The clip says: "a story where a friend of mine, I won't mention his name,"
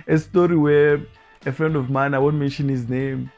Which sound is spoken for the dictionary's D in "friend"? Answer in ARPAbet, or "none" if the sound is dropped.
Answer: D